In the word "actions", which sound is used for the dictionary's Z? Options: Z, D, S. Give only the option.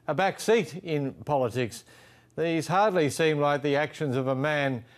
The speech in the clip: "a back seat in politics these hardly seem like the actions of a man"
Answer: Z